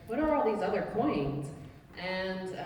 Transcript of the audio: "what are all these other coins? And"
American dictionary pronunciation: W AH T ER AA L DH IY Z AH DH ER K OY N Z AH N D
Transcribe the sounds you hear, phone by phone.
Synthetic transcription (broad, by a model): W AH T ER AA L DH IY Z AH DH ER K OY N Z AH N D